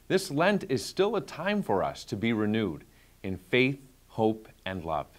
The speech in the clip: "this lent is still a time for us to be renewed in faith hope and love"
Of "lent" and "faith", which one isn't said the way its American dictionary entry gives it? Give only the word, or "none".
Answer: none